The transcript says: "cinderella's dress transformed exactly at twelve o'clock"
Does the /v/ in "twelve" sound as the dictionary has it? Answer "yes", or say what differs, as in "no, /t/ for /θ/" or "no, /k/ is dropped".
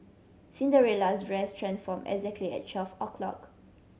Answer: no, /f/ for /v/